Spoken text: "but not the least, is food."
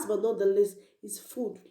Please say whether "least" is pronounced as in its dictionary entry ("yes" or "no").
no